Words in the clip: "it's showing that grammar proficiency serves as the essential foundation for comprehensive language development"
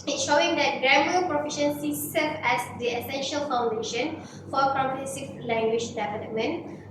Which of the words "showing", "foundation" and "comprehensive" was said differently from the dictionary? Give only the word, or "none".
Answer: comprehensive